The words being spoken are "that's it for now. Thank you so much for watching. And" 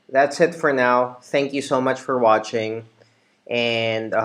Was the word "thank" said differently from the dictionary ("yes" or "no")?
no